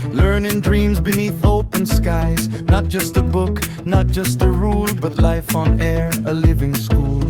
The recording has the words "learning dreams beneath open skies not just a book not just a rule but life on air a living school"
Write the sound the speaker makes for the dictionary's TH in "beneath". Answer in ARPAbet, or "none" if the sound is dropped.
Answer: TH